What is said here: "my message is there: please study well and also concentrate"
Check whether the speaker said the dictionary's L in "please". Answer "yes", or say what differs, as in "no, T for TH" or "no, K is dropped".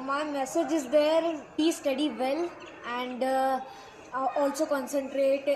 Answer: no, L is dropped